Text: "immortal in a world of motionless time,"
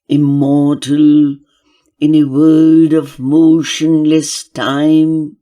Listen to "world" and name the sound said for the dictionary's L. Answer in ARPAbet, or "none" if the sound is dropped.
none